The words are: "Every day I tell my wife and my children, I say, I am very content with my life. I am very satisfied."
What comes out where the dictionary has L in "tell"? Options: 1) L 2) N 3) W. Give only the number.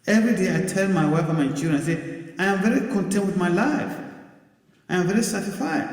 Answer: 2